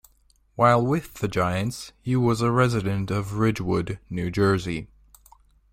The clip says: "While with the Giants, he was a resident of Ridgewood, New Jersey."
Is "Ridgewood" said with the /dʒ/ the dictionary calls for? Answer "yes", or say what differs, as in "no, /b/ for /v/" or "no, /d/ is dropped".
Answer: yes